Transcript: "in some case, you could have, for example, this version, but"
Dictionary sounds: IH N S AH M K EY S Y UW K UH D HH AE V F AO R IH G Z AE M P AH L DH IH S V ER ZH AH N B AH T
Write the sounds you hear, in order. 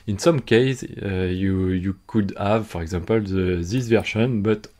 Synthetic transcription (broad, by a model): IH N S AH M K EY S Y UW K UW D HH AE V F AO R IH G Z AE M P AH L DH IH S V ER SH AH N B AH T